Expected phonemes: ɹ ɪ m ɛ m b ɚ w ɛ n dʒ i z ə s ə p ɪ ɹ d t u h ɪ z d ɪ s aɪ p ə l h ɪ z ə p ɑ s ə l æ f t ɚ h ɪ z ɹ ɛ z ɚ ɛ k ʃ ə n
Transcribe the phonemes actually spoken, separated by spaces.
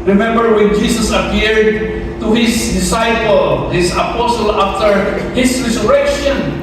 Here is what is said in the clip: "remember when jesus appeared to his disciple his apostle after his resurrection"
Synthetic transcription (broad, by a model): ɹ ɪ m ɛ m b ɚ w ɛ n dʒ i s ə s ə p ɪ ɹ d t u h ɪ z d ɪ s aɪ p ə l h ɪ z ə p ɑ s ə l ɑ f t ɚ h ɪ s ɹ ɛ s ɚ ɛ k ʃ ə n